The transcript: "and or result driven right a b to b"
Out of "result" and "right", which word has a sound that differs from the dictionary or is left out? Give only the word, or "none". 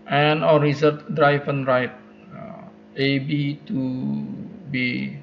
result